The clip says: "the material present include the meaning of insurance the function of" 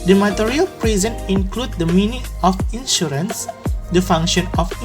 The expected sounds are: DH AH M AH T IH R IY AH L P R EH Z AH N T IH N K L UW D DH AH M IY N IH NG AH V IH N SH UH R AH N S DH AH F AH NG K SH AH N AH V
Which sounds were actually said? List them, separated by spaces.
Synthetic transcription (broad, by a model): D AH M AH T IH R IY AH L P R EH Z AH N IH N K L UW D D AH M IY N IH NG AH F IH N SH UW R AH N S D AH F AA NG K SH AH N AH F